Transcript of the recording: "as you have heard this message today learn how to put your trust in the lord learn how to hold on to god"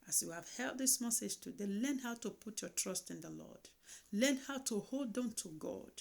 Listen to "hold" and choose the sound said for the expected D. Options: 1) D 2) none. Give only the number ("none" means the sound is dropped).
1